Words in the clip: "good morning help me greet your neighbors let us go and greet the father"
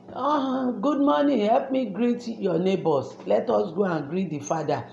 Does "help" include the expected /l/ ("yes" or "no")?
yes